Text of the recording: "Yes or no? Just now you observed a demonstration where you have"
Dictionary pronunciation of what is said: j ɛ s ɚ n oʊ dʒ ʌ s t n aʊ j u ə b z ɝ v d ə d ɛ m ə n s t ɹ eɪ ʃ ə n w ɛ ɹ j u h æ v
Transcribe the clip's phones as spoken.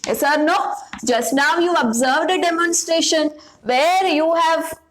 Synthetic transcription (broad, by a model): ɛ s ɚ n oʊ dʒ ʌ s t n aʊ j u ə b z ɝ v d ə d ɛ m ə n s t ɹ eɪ ʃ ə n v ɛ ɹ j u h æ v